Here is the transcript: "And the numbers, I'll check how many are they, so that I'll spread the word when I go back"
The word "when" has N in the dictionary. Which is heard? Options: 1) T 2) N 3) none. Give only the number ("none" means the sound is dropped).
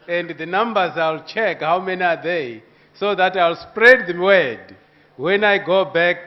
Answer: 2